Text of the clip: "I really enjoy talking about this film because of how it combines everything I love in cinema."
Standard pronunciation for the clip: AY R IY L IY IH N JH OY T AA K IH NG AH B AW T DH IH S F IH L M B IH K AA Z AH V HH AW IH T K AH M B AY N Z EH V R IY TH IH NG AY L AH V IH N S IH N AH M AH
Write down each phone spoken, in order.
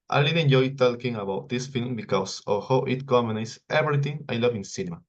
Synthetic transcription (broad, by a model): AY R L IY IH N JH OY T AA K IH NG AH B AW T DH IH S F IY L M B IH K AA S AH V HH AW IH T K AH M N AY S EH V R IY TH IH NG AY L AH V IH N S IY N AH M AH